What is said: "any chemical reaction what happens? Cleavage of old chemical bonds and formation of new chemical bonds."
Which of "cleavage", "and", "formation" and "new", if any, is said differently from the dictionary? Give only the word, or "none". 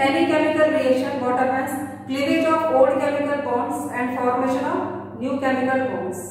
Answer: cleavage